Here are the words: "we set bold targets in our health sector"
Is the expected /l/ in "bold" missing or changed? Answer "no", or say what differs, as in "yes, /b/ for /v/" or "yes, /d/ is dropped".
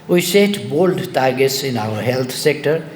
no